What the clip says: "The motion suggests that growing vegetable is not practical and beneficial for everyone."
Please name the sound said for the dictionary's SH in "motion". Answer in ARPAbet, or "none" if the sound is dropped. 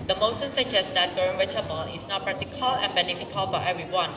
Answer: S